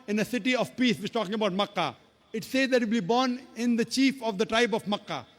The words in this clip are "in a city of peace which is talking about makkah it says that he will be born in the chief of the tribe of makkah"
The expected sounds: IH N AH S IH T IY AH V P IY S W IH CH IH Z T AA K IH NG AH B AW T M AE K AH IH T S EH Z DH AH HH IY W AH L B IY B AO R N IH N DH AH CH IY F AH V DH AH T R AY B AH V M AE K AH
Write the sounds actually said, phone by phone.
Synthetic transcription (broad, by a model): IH N AH S IH T IY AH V P IY S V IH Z T AA K IH NG AH B AW T M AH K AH IH T S EH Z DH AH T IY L B IY B AO R N IH N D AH CH IY F AH V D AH T R AY B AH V M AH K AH